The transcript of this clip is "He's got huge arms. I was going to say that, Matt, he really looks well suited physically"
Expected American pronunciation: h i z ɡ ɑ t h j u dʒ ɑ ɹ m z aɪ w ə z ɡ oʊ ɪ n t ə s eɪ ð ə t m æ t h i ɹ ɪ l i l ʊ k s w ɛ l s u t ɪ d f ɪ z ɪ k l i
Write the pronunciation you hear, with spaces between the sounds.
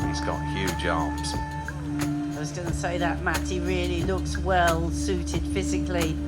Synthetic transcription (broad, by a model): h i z ɡ ɑ t h j u dʒ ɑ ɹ m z aɪ w ə z ɡ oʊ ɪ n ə s eɪ ð ə t m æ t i ɹ ɪ l i l ʊ k s w ɛ l s u t ɪ d f ɪ z ɪ k l i